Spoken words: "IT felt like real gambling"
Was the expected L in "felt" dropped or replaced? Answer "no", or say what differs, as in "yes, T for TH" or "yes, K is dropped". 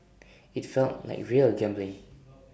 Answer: no